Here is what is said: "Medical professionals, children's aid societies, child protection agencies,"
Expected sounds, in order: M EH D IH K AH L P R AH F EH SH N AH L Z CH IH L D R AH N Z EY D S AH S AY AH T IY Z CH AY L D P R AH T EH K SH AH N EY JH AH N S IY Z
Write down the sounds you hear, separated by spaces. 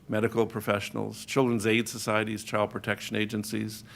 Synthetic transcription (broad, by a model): M EH D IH K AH L P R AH F EH SH N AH L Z CH IH L D R AH N Z EY D S AH S AY AH T IY Z CH AY L D P R AH T EH K SH AH N EY JH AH N S IY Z